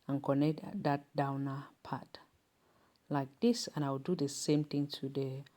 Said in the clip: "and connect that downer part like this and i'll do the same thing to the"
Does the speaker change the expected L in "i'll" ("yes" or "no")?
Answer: yes